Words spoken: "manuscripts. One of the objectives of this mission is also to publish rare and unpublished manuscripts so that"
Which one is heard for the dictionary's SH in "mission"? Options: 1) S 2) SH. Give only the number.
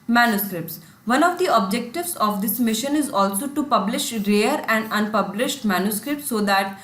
2